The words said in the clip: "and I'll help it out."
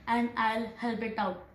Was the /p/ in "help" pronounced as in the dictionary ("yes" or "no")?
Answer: no